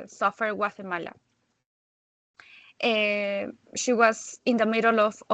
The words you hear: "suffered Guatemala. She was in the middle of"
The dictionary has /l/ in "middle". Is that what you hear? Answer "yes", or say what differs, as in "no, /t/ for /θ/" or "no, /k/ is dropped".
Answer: yes